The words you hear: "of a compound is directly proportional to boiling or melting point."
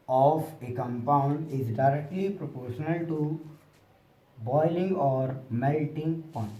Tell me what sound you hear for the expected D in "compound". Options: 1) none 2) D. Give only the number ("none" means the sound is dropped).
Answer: 2